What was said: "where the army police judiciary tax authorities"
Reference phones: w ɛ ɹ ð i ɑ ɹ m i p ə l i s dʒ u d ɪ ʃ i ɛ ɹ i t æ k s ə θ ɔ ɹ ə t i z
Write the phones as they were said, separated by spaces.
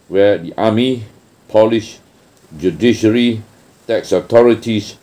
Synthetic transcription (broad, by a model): w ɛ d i ɑ m i p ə l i ʃ dʒ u d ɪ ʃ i ɹ i t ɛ k s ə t ɔ ɹ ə t i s